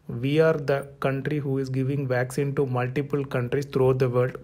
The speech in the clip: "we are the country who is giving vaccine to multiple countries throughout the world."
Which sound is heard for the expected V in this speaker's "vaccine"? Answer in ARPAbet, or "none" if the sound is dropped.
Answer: V